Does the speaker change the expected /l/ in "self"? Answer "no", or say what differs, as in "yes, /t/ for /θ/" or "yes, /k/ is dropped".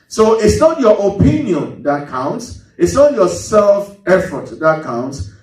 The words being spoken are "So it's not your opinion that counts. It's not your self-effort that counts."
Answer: no